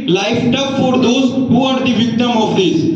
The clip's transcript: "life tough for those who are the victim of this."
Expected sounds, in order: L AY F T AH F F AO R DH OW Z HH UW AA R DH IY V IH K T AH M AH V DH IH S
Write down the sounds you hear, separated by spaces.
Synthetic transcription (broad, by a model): L AY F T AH P F AO R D OW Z HH UW AA R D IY V IH K T AH M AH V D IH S